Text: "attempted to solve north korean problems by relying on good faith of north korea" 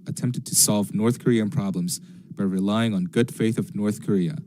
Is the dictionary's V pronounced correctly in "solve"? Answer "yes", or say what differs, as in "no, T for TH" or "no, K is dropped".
yes